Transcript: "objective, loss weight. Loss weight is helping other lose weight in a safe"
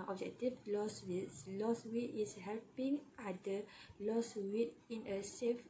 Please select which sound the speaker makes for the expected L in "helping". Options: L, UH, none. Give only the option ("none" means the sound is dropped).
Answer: L